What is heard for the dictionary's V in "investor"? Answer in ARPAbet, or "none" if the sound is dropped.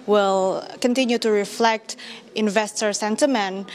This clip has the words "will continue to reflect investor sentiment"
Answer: V